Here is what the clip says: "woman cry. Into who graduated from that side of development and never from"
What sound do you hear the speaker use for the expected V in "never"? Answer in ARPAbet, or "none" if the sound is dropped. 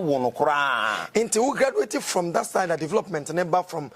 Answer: B